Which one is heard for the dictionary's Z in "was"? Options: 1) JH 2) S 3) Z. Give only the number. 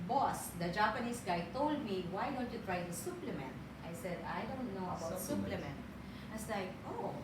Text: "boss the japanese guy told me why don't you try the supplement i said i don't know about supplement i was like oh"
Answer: 2